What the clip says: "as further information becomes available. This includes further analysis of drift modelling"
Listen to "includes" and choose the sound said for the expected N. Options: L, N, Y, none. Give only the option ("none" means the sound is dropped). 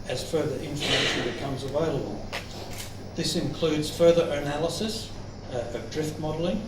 N